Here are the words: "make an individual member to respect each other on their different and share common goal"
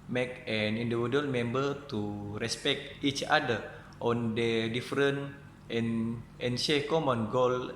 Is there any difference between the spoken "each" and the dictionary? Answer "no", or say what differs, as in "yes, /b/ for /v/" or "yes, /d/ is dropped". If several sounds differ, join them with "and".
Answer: no